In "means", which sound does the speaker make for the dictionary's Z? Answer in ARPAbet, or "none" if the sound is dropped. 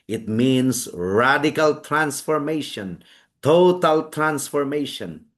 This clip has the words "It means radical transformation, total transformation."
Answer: S